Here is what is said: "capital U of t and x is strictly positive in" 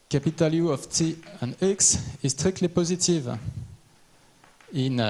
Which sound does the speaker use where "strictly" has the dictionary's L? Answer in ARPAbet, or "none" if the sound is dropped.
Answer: none